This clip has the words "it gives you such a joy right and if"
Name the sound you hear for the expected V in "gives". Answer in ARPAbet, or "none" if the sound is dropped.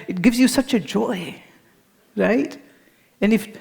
V